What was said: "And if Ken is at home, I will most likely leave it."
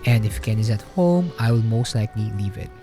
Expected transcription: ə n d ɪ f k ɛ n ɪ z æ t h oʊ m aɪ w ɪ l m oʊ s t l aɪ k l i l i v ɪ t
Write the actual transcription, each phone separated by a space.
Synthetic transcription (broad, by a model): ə n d ɪ f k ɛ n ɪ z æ t h oʊ m aɪ w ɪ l m oʊ s t l aɪ k l i l i v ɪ t